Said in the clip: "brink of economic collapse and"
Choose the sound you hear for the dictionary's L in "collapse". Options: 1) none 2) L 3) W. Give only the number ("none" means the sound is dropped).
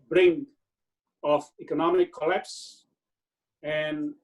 2